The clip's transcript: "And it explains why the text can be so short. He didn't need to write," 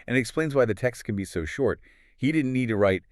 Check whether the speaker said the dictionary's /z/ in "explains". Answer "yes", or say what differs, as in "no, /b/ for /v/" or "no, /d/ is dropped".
yes